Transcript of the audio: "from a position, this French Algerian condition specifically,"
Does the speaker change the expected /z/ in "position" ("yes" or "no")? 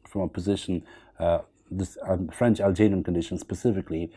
no